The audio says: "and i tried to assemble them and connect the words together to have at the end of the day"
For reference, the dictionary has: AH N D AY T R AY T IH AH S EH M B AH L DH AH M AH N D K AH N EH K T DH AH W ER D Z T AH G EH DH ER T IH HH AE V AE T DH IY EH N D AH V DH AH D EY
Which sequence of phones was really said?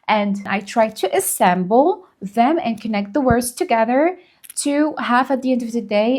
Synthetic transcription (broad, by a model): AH N AY T R AY T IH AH S EH M B L DH AH M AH N K AH N EH K T DH AH W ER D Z T AH G EH DH ER T IH HH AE F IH T DH IY EH N D AH V DH AH D EY